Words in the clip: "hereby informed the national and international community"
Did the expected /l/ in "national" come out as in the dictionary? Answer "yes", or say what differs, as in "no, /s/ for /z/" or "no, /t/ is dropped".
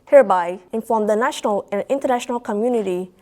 yes